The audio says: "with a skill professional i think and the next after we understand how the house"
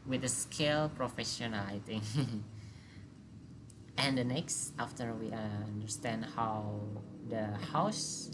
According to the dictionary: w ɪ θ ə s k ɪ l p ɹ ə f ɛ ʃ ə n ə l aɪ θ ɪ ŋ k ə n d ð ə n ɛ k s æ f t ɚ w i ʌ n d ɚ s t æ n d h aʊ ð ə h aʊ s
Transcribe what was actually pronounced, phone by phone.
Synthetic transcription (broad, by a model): w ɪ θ ə s k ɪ l p ɹ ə f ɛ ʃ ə n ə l aɪ t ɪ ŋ ə n d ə n ɛ k s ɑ f t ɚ w i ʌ n d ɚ s t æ n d h aʊ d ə h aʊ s